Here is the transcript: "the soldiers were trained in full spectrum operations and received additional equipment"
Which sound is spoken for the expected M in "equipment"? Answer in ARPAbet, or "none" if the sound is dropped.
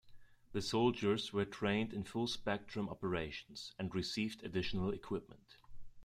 M